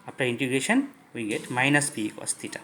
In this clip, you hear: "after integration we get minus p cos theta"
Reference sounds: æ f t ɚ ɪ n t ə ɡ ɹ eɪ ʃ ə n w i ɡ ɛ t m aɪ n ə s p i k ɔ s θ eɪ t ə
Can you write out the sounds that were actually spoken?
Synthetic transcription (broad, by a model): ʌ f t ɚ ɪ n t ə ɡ eɪ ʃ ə n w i ɡ ɛ t m aɪ n ə s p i k ɔ s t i t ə